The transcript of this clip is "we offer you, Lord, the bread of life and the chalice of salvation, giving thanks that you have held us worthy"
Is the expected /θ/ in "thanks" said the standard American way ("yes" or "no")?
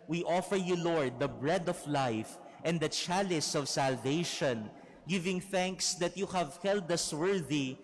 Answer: yes